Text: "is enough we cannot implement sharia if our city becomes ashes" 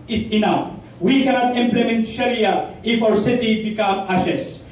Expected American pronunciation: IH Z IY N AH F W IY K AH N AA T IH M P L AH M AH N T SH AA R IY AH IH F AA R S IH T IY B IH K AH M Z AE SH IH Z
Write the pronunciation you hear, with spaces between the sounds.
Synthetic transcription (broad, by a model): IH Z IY N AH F W IY K AH N AA T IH M P L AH M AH N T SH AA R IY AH IH F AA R S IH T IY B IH K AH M AE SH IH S